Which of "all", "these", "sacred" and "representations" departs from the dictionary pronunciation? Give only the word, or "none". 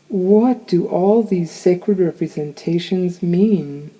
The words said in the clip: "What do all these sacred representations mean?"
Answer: none